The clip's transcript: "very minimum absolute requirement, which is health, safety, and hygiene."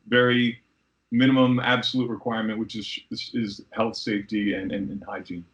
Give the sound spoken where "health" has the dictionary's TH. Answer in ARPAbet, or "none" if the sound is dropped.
TH